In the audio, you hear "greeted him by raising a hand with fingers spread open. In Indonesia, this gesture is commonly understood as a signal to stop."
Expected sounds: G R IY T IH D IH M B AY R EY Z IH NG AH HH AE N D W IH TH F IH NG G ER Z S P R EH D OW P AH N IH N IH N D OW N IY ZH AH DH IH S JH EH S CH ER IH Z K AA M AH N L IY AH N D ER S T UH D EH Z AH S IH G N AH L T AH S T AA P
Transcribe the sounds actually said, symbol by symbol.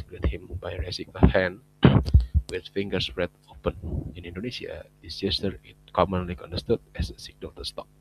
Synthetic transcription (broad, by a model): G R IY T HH IH M B AY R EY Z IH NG AH HH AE N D W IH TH F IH NG G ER S R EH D OW P AH N IH N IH N D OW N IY S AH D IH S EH S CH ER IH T K AA M AH N L IY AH N D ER S T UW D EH S AH S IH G N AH L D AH S T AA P